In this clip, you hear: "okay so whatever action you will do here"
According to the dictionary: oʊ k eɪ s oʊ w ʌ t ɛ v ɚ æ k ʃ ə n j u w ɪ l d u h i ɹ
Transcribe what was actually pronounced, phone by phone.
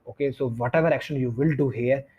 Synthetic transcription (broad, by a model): oʊ k eɪ s oʊ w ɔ t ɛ v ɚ æ k ʃ ə n j u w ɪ l d u h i ɹ